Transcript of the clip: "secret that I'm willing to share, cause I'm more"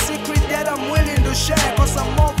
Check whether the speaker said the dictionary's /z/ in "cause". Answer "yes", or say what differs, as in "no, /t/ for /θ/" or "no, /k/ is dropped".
no, /s/ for /z/